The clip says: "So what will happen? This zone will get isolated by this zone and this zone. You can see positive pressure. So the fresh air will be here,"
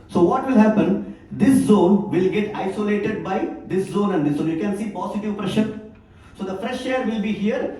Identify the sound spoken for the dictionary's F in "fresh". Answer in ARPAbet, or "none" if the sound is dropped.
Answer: F